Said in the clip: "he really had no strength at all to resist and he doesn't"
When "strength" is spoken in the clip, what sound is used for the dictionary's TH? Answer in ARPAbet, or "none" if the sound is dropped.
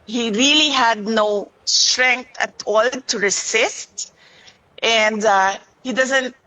T